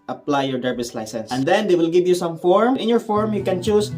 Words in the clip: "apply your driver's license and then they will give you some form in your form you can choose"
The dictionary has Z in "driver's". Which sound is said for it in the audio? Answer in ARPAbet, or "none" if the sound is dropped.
S